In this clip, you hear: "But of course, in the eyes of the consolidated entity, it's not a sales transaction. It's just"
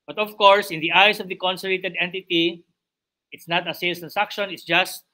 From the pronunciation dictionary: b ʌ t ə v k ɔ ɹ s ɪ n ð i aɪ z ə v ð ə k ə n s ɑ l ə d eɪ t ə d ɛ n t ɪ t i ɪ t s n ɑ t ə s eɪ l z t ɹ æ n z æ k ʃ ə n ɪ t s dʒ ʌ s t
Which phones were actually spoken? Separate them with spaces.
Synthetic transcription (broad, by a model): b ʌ t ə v k ɔ ɹ s ɪ n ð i aɪ s ə v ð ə k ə n s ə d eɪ t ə d ɛ n t ɪ t i ɪ t s n ɑ t ə s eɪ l t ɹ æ n s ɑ k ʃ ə n ɪ t s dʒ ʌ s t